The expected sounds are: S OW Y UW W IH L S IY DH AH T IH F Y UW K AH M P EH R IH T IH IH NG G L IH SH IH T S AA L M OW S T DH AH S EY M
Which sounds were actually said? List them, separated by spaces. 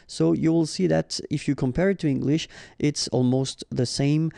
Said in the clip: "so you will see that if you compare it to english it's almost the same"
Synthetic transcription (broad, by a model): S OW Y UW W IH L S IY DH AH T IH F Y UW K AH M P EH R IH T IH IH NG G L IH SH IH T S AA L M OW S T DH AH S EY M